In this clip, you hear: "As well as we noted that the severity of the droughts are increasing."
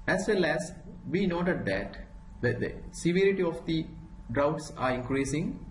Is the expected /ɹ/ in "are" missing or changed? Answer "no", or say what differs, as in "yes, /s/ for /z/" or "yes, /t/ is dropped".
no